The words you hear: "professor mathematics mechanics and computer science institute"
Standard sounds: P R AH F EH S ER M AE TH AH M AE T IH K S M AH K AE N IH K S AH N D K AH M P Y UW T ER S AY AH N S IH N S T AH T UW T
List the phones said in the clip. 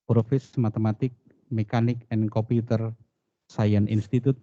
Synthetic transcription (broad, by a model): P R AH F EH S M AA T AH M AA T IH K M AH K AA N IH K AH N K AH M P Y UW T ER S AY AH N IH N S T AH T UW T